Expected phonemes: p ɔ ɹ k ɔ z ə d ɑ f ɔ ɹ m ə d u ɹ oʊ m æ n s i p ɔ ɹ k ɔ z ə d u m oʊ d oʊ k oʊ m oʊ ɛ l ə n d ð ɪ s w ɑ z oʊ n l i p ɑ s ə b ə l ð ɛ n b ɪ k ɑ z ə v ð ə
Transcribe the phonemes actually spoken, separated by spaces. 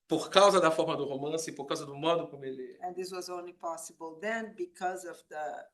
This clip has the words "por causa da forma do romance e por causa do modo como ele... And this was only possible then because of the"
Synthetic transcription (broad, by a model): p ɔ ɹ k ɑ z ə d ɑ f ɔ ɹ m ə d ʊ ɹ oʊ m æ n s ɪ p ɔ ɹ k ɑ z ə d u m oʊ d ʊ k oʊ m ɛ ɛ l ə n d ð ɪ s w ɑ z oʊ n l i p ɑ s ə b ə l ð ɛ n b ɪ k ɑ z ə v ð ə